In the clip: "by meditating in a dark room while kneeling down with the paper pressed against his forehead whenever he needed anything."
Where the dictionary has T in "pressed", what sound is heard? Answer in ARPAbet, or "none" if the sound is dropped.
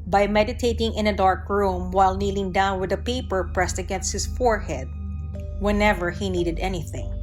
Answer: T